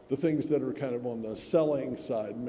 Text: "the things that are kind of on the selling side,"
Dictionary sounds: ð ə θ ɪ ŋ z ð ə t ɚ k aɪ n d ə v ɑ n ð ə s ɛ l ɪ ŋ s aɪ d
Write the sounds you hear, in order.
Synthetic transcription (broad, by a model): ð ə θ ɪ ŋ z ð ə t ɚ k aɪ n d ə v n ð ə s ɛ l ɪ ŋ s aɪ d